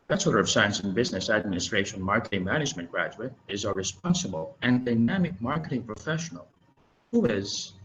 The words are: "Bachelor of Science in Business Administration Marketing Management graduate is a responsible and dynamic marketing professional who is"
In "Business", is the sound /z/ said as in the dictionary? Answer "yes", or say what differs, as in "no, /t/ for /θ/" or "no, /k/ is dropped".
yes